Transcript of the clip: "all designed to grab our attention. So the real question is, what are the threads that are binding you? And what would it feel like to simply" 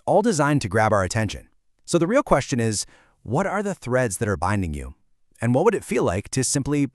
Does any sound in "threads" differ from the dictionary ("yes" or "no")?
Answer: no